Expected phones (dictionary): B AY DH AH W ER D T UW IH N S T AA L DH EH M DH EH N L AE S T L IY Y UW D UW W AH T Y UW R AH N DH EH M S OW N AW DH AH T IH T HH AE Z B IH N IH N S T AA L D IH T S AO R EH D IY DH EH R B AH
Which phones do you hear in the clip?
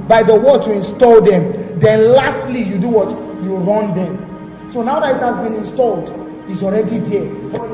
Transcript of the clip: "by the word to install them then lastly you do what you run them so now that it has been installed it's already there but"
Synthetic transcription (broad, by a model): B AY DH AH W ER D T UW IH N S T AA L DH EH M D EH N L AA S T L IY Y UW D UW W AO T Y UW R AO N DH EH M S OW N AW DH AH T IH T HH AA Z B IH N IH N S T AA L D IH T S AO R EH D IY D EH